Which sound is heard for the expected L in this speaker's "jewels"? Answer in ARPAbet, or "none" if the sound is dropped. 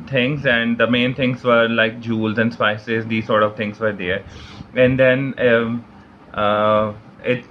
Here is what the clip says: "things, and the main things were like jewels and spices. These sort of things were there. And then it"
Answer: L